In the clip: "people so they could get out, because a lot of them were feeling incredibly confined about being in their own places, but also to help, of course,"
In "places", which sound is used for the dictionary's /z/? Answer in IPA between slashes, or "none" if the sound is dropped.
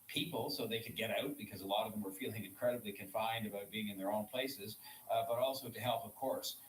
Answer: /z/